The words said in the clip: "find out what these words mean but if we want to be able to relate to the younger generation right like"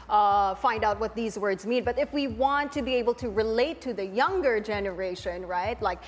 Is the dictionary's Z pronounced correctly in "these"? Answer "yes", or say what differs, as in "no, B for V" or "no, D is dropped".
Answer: yes